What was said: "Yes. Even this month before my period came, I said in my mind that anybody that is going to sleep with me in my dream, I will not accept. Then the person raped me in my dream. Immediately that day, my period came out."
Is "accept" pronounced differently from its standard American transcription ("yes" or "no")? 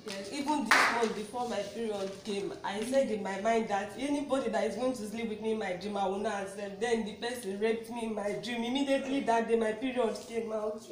yes